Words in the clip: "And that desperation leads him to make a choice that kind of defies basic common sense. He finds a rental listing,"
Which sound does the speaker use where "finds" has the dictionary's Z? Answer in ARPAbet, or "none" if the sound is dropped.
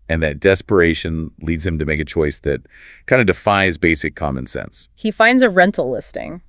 Z